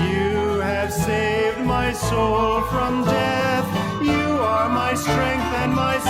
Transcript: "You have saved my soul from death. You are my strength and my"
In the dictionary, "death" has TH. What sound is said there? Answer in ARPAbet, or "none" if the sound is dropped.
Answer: TH